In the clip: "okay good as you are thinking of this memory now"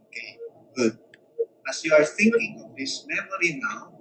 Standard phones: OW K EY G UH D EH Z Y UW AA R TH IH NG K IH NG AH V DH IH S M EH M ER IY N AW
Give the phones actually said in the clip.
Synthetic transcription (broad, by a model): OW K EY G UH D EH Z Y UW AA R TH IH NG K IH NG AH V DH IH S M EH M ER IY N AW